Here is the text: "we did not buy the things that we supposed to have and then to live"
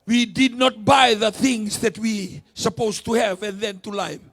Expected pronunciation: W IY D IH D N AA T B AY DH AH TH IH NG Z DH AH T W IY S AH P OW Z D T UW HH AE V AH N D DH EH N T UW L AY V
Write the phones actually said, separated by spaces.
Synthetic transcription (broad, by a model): W IY D IH D N AA T B AY DH AH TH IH NG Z DH AH T W IY S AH P OW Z T UW HH AE V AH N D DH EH N T UW L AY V